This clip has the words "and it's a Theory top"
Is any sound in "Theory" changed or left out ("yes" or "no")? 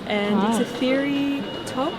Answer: no